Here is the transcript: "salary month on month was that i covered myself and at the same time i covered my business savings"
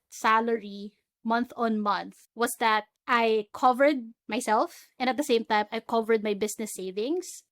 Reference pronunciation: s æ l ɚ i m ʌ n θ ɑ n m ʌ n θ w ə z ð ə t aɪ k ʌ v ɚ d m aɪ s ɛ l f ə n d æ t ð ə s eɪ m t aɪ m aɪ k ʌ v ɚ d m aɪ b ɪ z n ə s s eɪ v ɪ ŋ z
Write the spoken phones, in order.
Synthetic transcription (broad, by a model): s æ l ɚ i m ʌ n θ ɑ n m ʌ n θ w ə s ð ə t aɪ k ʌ v ɚ d m aɪ s ɛ l f ə n d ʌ t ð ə s eɪ m t aɪ m aɪ k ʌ v ɚ d m aɪ b ɪ s n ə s s eɪ v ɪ ŋ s